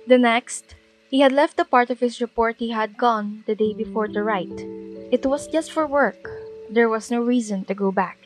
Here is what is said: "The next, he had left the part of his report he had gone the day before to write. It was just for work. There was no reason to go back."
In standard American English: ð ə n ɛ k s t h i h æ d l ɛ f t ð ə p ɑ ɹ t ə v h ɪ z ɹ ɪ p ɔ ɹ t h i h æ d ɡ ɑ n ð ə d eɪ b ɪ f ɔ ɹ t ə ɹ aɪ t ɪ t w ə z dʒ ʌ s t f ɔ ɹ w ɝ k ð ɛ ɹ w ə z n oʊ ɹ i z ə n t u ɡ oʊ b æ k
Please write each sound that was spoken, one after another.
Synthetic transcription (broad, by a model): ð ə n ɛ k s t h i h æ d l ɛ f t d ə p ɑ ɹ t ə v h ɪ s ɹ ɪ p ɔ ɹ t h i h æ d ɡ ɑ n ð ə d eɪ b ɪ f ɔ ɹ t ə ɹ aɪ t ɪ t w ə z dʒ ʌ s t f ɔ ɹ w ɝ k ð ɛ ɹ w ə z n oʊ ɹ i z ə n t u ɡ oʊ b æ k